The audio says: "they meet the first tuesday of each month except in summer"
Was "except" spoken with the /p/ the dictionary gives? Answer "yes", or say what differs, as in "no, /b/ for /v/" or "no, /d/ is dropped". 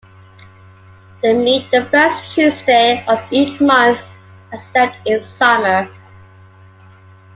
no, /p/ is dropped